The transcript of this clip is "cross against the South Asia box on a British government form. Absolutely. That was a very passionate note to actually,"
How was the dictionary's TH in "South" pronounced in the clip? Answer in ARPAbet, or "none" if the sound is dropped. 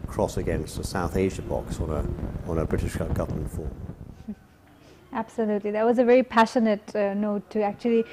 TH